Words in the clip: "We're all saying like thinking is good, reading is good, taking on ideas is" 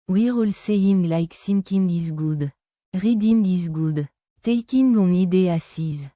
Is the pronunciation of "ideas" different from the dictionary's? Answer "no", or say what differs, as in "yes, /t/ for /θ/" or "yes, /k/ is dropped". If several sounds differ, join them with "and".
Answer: yes, /s/ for /z/